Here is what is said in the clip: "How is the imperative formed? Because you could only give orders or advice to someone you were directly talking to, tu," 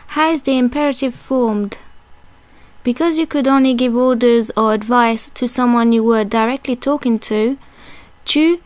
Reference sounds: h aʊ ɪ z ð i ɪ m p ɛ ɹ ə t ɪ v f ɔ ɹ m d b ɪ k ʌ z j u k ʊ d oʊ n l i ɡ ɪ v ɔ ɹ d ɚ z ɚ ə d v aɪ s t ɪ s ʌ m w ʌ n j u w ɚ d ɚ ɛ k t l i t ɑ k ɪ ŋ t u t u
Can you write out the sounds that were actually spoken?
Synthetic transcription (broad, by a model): h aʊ ɪ z ð i ɪ m p ɛ ɹ ə t ɪ v f ɔ ɹ m d b ɪ k ʌ z j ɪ k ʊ d oʊ n l i ɡ ɪ v ɔ ɹ d ɚ z ɚ ə d v aɪ s t ɪ s ʌ m w ʌ n j u w ɚ d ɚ ɛ k t l i t ɑ k ɪ ŋ t u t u